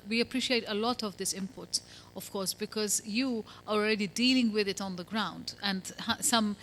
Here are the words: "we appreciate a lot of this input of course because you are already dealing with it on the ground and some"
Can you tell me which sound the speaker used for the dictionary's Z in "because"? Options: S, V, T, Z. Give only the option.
Z